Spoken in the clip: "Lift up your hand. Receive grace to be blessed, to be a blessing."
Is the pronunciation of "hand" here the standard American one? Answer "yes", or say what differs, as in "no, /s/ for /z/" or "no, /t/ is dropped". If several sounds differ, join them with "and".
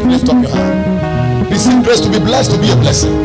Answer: no, /n/ is dropped